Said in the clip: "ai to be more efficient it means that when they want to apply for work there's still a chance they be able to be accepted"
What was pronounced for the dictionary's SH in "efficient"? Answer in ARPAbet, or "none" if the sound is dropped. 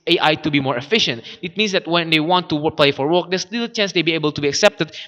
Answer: SH